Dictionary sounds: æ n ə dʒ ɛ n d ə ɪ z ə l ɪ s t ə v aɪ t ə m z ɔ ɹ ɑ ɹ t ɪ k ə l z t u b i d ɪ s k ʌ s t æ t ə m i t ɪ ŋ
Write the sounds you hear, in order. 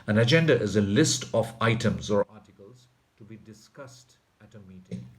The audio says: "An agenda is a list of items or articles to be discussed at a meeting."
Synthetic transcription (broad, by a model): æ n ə dʒ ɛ n d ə ɪ z ə l ɪ s t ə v aɪ t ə m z ɔ ɹ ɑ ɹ t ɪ k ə l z t u b i d ɪ s k ʌ s t æ t ə m i t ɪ ŋ